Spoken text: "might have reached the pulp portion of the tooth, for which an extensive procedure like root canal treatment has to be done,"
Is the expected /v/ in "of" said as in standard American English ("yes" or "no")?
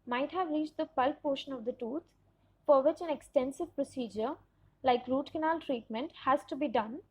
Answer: yes